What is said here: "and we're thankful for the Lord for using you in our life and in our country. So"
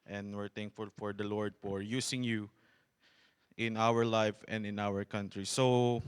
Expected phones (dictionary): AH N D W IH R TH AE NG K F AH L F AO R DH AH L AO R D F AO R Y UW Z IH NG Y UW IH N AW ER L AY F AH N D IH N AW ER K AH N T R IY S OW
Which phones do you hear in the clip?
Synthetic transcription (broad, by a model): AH N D W IH R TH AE NG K F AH L F AO R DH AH L AO R D F AO R Y UW S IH NG Y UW IH N AW ER L AY F AH N D IH N AW ER K AH N T R IY S OW